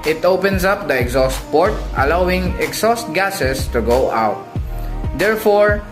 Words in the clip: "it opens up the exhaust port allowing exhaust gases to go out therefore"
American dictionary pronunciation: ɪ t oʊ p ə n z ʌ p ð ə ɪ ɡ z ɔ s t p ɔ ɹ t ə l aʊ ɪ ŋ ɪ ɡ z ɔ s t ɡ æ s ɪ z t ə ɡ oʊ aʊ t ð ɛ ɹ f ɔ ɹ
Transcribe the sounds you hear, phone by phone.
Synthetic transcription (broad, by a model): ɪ t oʊ p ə n s ʌ p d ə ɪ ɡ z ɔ s t p ɔ ɹ t ə l aʊ ɪ ŋ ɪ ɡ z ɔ s t ɡ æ s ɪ s t ə ɡ oʊ aʊ t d ɛ ɹ f ɔ ɹ